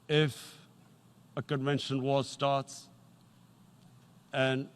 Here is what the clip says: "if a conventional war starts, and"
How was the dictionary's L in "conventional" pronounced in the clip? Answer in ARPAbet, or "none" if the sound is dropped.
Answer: N